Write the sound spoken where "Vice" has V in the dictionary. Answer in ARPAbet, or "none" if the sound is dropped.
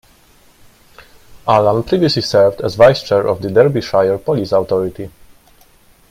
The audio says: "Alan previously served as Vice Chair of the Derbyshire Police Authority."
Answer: V